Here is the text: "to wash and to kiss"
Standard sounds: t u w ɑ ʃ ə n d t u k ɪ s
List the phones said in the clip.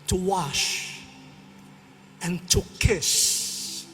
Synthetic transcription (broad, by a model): t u w ɑ ʃ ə n t u k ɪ s